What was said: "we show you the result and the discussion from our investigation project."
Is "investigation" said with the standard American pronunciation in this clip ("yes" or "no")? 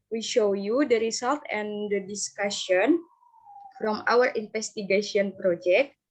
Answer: no